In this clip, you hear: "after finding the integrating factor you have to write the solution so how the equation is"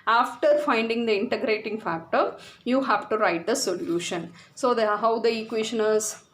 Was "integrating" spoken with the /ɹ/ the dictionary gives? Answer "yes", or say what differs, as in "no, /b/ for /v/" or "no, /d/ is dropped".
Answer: yes